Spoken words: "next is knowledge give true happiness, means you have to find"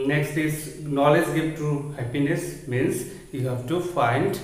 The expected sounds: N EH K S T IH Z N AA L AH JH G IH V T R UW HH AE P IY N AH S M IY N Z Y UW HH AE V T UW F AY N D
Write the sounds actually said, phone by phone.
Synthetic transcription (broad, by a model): N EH K S T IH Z N AA L AH JH G IH V T UW HH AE P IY N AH S M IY N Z Y UW HH AE V T UW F AY N D